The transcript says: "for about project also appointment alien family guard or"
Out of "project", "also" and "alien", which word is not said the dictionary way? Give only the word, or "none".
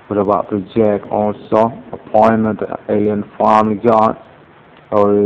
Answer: project